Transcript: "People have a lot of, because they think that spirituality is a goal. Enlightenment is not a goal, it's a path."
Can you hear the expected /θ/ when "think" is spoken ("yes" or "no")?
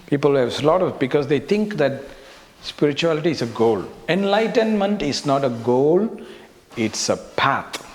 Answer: no